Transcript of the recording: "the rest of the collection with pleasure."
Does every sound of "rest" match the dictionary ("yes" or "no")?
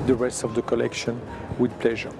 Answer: yes